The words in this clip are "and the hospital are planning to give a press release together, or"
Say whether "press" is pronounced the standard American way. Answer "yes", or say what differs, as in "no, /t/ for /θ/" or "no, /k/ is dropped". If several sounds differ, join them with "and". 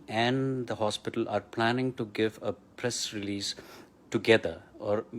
yes